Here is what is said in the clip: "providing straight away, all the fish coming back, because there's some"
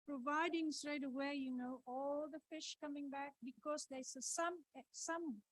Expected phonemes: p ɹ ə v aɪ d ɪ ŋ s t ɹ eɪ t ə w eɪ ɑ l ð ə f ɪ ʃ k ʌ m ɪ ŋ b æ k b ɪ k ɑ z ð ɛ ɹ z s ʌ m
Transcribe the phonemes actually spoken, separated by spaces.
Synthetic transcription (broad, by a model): p ɹ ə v aɪ d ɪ ŋ s t ɹ eɪ t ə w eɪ ɑ l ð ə f ɪ ʃ k ʌ m ɪ ŋ b æ k b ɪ k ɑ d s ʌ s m s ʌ m